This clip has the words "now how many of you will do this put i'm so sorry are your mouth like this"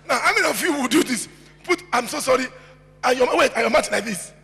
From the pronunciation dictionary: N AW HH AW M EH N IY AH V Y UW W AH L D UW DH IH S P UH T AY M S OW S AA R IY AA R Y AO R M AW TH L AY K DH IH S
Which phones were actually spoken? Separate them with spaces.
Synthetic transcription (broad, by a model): N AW HH AW M EH N IY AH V Y UW W AH L D UW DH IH S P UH T AY M S OW S AA R IY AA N Y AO W M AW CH L AY K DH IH S